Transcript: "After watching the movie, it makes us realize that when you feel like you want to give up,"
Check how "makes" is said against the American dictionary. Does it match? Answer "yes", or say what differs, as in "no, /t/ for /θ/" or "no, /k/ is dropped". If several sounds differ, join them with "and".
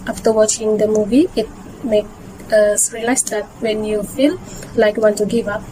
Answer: no, /s/ is dropped